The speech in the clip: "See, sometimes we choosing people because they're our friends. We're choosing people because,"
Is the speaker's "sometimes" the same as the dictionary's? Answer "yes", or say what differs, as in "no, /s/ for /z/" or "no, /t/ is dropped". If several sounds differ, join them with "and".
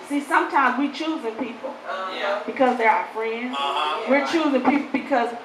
yes